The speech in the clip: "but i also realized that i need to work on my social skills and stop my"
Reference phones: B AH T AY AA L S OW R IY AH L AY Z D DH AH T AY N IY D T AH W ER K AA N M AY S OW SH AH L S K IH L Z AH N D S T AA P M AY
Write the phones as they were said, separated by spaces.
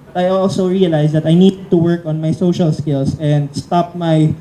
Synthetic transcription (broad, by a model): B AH T AY AA L S OW R IY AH L AY S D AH T AY N IY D T AH W ER K AA N M AY S OW SH AH L S K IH L S AH N D S T AA P M AY